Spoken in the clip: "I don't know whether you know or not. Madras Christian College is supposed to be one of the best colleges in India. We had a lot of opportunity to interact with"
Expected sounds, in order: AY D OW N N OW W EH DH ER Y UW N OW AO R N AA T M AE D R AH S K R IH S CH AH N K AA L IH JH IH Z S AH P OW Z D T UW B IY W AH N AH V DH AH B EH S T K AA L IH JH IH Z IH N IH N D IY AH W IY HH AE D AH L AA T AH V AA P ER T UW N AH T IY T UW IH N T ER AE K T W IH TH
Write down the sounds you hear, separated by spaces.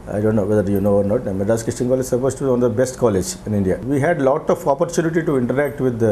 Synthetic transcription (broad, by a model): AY D OW N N OW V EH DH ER Y UW N OW AO R N AA T M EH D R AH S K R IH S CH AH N K AA L IH JH S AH P OW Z T UW B IY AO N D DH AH B EH S T K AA L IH JH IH IH N IH N D IY AH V IY HH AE D L AA T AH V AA P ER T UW N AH T IY T UW IH N T ER AE K T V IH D